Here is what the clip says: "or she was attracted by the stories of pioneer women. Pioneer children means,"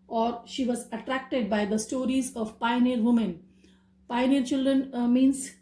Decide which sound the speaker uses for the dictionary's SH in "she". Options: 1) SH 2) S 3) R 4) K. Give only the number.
1